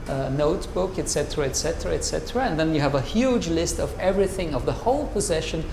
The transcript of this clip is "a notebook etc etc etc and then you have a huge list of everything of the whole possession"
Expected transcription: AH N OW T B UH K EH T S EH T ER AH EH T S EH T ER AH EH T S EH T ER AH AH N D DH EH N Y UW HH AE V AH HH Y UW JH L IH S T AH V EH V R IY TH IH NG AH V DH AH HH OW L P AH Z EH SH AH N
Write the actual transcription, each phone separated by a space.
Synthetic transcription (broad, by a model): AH N OW T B UH K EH T S EH T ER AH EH T S EH T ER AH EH T S EH T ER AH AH N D DH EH N Y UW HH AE V AH HH Y UW JH L IH S T AH V EH V R IY TH IH NG AH V DH AH HH OW L P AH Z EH SH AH N